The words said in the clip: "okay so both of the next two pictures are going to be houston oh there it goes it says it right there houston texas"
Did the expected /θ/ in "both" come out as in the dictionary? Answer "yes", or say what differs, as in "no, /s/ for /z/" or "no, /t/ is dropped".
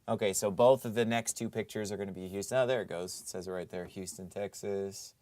yes